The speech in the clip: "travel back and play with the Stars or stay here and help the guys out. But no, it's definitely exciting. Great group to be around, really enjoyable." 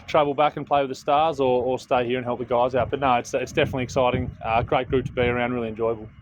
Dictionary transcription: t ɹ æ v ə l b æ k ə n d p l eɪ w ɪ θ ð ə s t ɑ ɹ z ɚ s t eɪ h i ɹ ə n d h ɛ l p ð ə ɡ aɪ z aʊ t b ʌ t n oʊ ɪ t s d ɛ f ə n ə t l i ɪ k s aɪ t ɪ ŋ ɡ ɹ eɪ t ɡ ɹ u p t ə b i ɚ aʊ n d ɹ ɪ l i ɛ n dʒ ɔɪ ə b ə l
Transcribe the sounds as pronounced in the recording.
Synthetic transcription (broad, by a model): t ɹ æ v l b æ k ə n p l eɪ w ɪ ð ə s t ɑ ɹ z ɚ s t eɪ h i ɹ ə n h ɛ l p ð ə ɡ aɪ z aʊ t b ʌ t n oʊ ɪ t s d ɛ f ə n ə t l i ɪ k s aɪ t ɪ ŋ ɡ ɹ eɪ t ɡ ɹ u p t ə b i ɚ aʊ n d ɹ ɪ l i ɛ n dʒ ɔɪ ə b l